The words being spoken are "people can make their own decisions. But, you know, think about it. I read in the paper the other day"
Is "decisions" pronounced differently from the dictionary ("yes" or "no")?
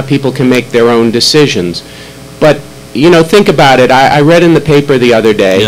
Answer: no